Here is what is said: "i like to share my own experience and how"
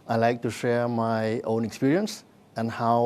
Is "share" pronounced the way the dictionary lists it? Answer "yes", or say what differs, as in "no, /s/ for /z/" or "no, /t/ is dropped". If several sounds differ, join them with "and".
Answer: yes